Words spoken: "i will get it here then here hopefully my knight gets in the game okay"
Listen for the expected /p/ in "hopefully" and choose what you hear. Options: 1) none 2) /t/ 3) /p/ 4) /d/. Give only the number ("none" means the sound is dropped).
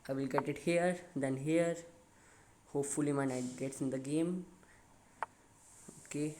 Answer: 3